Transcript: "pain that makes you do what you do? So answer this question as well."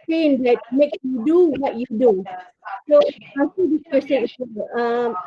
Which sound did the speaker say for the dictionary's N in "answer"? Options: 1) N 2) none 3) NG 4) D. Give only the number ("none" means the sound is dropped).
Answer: 2